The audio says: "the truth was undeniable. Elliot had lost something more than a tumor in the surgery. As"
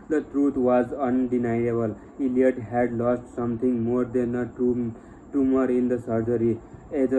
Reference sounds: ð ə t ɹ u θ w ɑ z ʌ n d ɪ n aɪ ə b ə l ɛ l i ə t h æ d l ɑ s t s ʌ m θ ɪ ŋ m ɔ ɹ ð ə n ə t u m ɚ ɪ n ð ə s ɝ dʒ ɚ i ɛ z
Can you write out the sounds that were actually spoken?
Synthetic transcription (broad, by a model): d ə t ɹ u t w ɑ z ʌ n d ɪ n aɪ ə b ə l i l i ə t h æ d l ɑ s t s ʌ m t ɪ ŋ m ɔ ɹ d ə n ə t u m ɚ ɪ n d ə s ɝ dʒ ɚ i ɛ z